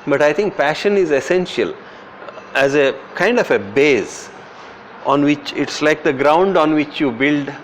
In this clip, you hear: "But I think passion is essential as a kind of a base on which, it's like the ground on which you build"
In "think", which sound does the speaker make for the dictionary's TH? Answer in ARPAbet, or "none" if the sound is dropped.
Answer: T